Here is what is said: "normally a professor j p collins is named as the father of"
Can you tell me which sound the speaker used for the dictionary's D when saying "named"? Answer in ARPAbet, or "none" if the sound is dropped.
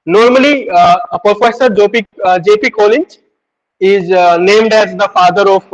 D